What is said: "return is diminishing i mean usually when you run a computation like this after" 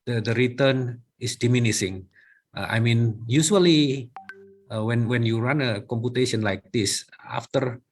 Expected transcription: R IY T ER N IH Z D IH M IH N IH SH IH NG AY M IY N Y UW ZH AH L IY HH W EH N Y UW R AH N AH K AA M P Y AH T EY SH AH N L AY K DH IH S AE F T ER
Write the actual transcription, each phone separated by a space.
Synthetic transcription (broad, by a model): R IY T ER N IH S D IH M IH N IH S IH NG AY M IY N Y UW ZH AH L IY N W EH N Y UW R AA N AH K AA M P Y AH T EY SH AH N L AY K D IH S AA F T ER